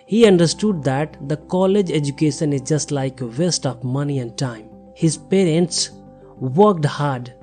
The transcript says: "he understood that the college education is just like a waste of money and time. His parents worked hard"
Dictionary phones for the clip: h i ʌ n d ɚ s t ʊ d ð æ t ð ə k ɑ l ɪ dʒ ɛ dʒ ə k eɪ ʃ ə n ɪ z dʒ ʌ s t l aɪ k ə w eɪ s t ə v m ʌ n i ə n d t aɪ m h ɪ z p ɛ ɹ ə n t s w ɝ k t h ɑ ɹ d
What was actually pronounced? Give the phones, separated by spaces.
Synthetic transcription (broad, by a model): h i ʌ n d ɚ s t ʊ d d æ t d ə k ɑ l ɪ dʒ ɛ dʒ ə k eɪ ʃ ə n ɪ z dʒ ʌ s t l aɪ k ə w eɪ s t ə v m ʌ n i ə n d t aɪ m h ɪ z p ɛ ɹ ə n t s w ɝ k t h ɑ ɹ d